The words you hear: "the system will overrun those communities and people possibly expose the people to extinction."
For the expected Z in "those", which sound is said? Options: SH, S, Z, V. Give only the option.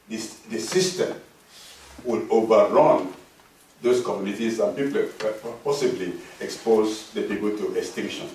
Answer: S